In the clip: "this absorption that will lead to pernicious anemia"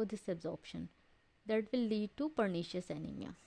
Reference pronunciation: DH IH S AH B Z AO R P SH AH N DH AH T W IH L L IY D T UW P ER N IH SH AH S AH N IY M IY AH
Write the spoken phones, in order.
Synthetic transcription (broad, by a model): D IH S AH B Z AO R P SH AH N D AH T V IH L L IY D T UW P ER N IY SH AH S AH N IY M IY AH